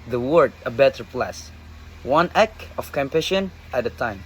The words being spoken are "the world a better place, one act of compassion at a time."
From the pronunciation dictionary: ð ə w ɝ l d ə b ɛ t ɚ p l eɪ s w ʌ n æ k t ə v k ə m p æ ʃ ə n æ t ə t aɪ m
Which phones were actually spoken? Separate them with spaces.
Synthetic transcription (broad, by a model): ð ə w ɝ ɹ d ə b ɛ t ɚ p l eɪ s w ʌ n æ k ə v k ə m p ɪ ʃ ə n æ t ə t aɪ m